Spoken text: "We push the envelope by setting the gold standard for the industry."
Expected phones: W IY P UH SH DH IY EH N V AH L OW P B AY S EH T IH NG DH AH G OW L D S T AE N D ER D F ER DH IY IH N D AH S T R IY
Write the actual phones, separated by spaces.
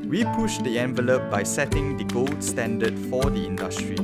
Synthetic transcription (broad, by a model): W IY P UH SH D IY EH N V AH L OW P B AY S EH T IH NG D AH G OW L D S T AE N D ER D F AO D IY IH N D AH S T R IY